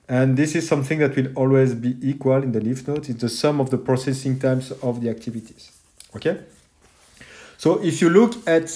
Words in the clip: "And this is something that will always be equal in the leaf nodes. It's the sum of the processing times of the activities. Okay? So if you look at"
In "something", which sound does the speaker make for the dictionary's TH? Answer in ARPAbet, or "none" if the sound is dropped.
TH